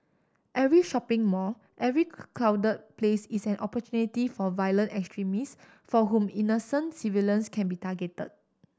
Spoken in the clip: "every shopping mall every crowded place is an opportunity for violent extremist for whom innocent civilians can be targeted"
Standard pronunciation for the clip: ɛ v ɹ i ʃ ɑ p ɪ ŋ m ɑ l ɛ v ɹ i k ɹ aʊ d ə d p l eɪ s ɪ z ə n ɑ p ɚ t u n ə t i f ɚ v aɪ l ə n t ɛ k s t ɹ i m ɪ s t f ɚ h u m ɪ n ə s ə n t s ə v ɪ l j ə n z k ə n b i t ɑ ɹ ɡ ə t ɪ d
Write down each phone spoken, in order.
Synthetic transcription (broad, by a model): ɛ v ɹ i ʃ ɑ p ɪ ŋ m ɑ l ɛ v ɹ i k l aʊ d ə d p l eɪ s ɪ s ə n ɑ p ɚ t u n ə t i f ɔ v aɪ l ə n t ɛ k s t ɹ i m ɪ s f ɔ h u m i n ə s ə n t s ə v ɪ l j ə n s k ə n b i t ɑ ɡ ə t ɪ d